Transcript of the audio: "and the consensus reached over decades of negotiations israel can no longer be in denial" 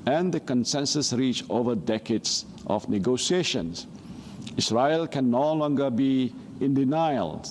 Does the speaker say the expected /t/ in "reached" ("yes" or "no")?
no